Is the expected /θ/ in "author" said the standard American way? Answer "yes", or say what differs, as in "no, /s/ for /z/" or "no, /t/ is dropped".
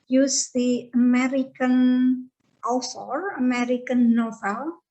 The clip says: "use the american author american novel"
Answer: no, /s/ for /θ/